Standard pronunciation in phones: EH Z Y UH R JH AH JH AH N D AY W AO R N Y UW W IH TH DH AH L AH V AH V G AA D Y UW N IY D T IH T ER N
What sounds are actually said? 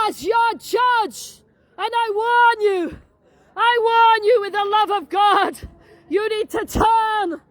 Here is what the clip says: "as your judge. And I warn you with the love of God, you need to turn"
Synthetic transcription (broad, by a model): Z Y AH R JH AH JH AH N AY W AO R N Y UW W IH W DH AH L AH V AH V G AA D Y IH N IY D T IH T ER N